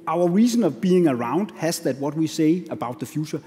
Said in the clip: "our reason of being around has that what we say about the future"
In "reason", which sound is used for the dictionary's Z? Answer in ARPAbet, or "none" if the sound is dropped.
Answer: S